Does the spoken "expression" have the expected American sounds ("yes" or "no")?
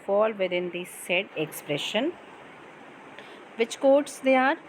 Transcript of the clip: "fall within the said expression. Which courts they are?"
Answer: yes